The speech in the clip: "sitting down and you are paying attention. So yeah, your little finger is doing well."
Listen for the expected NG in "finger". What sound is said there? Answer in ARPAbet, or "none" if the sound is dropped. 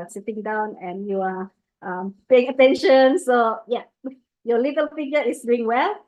none